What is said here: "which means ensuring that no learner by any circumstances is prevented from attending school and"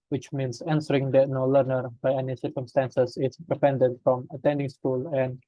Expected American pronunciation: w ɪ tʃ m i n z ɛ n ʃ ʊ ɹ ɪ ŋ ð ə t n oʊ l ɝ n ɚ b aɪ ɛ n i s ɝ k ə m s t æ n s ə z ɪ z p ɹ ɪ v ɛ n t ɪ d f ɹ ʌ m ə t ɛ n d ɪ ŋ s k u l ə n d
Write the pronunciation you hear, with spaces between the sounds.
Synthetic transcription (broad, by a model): w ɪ tʃ m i n s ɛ n s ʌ ɹ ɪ ŋ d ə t n oʊ l ɝ n ɚ b aɪ ɛ n i s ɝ k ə m s t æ n s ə s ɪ s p ɹ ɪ p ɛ n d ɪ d f ɹ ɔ m ə t ɛ n d ɪ ŋ s k u l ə n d